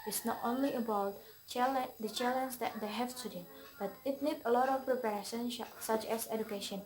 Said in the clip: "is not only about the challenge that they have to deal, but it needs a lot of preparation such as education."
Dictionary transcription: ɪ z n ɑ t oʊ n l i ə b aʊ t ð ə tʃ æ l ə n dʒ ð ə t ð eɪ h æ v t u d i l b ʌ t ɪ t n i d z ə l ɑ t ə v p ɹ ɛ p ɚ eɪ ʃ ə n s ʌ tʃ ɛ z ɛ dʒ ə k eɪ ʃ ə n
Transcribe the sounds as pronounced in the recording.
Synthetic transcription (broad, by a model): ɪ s n ɑ t oʊ n l i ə b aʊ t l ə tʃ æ l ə n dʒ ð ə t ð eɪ h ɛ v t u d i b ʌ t ɪ t n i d ə l ɑ t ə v p ɹ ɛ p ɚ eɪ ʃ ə n s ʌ tʃ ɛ s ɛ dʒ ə k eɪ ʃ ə n